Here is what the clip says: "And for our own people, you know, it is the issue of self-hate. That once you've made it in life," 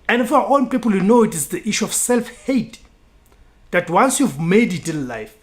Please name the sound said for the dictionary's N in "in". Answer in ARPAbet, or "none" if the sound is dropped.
L